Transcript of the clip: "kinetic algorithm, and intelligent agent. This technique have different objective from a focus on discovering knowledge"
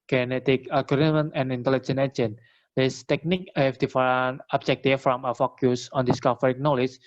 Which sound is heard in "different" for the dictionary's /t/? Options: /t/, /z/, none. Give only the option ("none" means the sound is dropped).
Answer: none